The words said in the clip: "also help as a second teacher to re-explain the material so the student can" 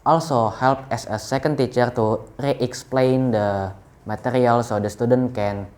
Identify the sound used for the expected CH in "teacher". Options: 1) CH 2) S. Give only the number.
1